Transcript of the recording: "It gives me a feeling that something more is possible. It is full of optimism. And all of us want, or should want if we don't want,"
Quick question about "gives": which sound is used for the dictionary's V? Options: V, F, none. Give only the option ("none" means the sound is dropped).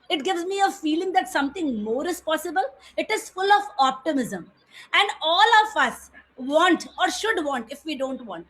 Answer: V